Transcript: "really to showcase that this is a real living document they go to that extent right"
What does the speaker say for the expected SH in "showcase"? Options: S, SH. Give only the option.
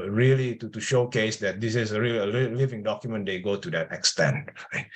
SH